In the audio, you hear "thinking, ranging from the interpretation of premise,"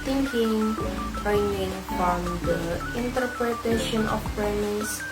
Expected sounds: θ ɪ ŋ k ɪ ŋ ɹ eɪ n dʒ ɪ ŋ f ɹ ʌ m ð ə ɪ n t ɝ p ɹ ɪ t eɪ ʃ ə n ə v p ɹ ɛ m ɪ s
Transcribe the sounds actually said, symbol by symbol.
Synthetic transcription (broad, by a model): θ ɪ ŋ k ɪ ŋ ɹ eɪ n ɪ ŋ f ɹ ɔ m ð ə ɪ n t ɝ p ɹ ɪ t eɪ ʃ ə n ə f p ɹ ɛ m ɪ s